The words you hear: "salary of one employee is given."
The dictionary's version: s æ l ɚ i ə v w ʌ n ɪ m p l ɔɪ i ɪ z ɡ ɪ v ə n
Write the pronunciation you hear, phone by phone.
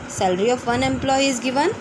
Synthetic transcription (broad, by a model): s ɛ l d i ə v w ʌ n ɪ m p l ɔɪ i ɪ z ɡ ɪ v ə n